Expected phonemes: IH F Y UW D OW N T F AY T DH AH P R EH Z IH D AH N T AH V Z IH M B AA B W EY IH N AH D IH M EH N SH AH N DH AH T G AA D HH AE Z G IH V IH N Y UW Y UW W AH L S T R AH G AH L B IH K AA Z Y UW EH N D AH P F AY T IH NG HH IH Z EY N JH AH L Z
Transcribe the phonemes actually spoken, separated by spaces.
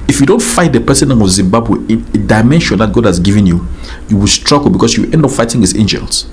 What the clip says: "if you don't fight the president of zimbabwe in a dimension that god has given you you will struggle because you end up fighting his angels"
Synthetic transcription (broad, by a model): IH F Y UW D OW N T F AY T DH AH P EH S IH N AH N AH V Z IH M B AA B W EY IH N AH D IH M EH N SH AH N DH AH T G AA D HH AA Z G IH V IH N Y UW Y UW W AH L S T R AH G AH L B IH K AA S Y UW EH N D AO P F AY T IH NG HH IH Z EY N JH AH L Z